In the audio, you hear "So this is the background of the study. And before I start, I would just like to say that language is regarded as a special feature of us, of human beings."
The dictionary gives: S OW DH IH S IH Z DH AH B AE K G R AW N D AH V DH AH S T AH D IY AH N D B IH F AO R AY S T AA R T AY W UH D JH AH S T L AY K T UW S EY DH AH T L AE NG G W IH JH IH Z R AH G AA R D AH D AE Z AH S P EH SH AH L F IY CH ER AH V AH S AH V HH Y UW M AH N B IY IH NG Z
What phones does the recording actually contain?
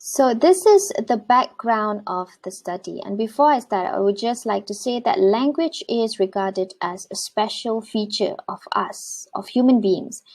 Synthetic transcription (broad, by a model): S OW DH IH S IH Z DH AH B AE K G R AW N D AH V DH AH S T AH D IY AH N B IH F AO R AY S T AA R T AY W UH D JH AH S T L AY K T UW S EY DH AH T L AE NG G W IH JH IH Z R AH G AA D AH D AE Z AH S P EH SH AH L F IY CH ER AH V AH S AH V HH Y UW M AH N B IY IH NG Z